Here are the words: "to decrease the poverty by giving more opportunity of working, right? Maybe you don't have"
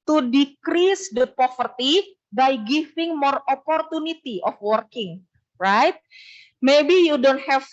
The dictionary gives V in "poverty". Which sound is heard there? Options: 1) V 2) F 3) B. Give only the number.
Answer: 2